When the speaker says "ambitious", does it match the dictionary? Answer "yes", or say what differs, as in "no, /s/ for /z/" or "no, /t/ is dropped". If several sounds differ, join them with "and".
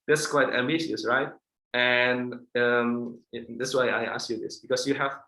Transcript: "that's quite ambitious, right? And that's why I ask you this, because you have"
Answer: no, /b/ is dropped